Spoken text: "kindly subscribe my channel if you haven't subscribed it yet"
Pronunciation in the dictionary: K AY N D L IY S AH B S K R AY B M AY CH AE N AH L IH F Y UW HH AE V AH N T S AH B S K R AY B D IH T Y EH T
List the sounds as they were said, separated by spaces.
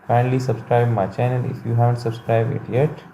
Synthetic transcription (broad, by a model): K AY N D L IY S AH B S K R AY B M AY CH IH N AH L IH F Y UW HH AE V AH N T S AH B S K R AY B IH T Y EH T